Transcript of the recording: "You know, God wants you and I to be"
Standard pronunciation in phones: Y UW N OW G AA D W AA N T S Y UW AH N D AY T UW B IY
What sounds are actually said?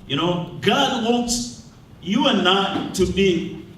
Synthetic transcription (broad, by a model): Y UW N OW G AA D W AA T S Y UW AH N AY T UW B IY